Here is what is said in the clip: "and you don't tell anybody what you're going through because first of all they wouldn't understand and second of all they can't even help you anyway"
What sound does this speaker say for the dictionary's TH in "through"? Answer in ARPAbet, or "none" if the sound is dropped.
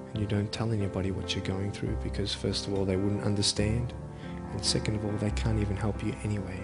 TH